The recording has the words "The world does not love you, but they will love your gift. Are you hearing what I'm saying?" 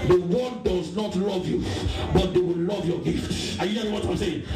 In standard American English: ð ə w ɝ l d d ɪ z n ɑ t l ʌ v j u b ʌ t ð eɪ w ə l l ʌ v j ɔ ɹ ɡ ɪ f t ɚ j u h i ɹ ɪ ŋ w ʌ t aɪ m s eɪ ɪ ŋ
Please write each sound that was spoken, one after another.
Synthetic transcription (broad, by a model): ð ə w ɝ d d ɪ z n ɑ t l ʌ v j u b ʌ t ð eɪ w ə l l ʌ v j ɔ ɡ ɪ f t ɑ j u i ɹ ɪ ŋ w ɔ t aɪ m s eɪ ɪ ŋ